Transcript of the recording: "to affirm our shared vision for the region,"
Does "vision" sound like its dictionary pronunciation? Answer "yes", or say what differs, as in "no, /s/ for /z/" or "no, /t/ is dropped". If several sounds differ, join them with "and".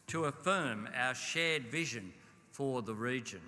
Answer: yes